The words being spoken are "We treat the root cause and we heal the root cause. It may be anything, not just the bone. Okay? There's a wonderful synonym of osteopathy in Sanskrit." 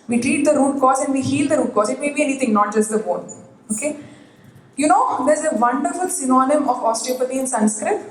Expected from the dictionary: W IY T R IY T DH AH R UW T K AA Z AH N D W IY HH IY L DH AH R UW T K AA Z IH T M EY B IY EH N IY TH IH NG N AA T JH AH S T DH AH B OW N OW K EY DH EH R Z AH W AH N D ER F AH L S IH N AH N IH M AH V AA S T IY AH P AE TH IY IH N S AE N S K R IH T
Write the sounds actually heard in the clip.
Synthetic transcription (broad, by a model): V IY T R IY T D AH R UW T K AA S AH N D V IY HH IY L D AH R UW T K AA S IH T M EY B IY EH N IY T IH NG N AA T JH AH S T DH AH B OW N OW K EY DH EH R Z AH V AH N D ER F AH L S IH N AH N IH M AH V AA S T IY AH P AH T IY IH N S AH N S K R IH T